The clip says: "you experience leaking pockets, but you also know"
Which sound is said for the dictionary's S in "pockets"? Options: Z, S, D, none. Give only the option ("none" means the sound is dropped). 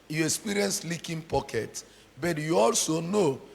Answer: none